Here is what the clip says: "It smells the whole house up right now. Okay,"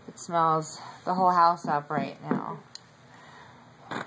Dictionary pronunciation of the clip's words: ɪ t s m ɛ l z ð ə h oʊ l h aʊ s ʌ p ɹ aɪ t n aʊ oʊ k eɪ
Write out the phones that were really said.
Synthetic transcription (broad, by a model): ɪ t s m ɛ l z ð ə h oʊ l h aʊ s ʌ p ɹ aɪ t n aʊ